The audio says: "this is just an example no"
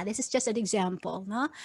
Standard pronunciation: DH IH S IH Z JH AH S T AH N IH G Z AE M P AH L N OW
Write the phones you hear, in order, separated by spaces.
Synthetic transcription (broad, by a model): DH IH S IH Z JH AH S T AH N IH G Z AE M P AH L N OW